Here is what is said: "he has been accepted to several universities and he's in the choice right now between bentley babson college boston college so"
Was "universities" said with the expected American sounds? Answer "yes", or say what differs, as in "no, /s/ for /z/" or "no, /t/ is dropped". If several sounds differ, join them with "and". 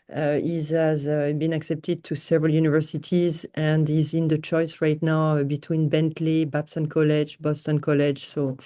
yes